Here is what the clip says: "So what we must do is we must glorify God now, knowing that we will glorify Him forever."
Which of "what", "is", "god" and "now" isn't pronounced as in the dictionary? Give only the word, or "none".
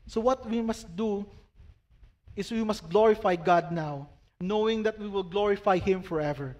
is